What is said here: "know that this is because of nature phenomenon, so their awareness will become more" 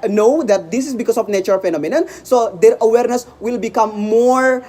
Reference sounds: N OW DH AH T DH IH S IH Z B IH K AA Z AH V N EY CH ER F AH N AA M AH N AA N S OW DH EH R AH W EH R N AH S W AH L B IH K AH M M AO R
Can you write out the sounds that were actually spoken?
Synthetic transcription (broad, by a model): N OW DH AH T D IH S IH S B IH K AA S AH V N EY CH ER F AH N AA M AH N AA N S OW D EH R AH W EH R N AH S W AH L B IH K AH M M AO R